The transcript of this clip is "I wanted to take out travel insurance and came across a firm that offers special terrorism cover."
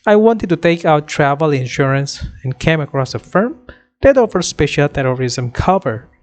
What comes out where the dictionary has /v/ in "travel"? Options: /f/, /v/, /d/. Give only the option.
/v/